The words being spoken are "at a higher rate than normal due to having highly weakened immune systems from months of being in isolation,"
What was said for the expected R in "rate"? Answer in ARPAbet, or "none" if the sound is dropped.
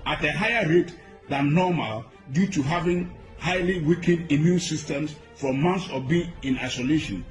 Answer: R